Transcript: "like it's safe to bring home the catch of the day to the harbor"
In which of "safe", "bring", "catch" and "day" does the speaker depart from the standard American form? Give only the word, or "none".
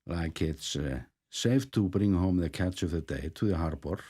none